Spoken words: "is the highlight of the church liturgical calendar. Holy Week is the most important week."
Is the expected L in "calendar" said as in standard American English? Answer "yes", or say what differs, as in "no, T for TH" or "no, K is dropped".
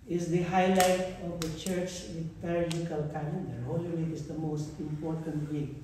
no, L is dropped